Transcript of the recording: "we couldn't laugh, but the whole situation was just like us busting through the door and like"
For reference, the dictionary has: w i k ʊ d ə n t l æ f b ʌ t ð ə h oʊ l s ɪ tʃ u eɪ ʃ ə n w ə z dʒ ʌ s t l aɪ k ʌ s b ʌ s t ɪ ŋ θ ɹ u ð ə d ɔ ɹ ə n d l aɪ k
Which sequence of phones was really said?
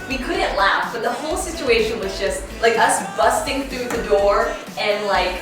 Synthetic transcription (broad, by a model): w i k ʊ d n t l æ f b ʌ t ð ə h oʊ l s ɪ tʃ u eɪ ʃ ə n w ə z dʒ ʌ s t l aɪ k ʌ s b ʌ s t ɪ ŋ θ ɹ u ð ə d ɔ ɹ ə n l aɪ k